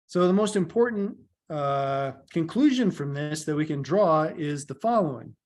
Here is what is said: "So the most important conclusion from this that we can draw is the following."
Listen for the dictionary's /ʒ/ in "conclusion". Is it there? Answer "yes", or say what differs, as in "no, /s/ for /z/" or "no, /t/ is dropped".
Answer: yes